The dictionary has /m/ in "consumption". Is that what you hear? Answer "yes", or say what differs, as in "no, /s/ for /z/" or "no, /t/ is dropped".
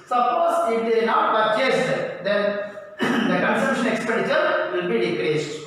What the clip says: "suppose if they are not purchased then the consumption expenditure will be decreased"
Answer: no, /m/ is dropped